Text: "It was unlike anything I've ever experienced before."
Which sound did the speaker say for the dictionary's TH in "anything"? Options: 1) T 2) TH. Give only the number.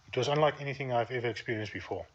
2